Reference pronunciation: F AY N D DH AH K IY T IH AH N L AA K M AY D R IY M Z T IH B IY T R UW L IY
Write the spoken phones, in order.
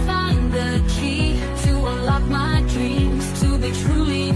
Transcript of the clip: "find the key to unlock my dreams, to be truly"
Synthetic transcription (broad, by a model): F AY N DH AH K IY T IH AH L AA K M AY D R IY M Z T IH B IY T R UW L IY